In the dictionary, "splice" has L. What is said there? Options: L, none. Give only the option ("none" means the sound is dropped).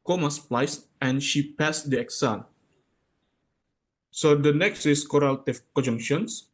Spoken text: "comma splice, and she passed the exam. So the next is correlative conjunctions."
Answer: L